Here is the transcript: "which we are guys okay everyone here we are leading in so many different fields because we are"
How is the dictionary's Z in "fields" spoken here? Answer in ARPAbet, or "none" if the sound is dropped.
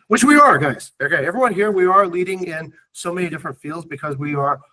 Z